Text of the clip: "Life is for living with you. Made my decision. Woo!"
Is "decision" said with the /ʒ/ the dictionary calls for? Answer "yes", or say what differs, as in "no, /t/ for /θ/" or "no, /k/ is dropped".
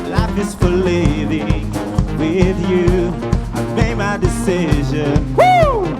yes